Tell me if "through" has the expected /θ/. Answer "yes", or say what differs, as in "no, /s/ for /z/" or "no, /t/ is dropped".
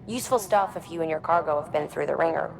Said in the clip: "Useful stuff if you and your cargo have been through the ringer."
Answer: yes